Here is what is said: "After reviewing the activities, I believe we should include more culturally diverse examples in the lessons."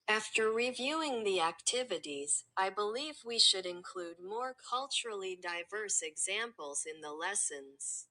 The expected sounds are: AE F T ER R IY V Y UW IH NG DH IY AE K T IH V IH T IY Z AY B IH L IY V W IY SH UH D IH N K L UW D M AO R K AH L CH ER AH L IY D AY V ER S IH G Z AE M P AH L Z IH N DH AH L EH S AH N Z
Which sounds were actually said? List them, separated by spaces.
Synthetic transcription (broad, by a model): AE F T ER R IY V Y UW IH NG DH IY AE K T IH V IH T IY Z AY B IH L IY V W IY SH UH D IH N K L UW D M AO R K AH L CH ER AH L IY D AY V ER S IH G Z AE M P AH L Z IH N DH AH L EH S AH N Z